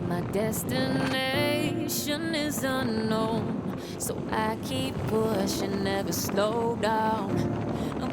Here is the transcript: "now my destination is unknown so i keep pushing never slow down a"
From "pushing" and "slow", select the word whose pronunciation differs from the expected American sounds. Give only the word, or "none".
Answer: pushing